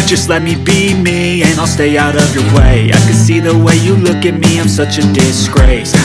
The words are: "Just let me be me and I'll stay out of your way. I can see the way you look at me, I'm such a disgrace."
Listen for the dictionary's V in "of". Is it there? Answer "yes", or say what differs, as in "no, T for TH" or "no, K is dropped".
yes